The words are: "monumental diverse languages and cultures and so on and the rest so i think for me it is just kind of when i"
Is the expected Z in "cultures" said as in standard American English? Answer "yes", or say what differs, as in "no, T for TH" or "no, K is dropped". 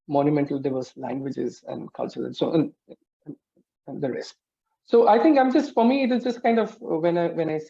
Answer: no, Z is dropped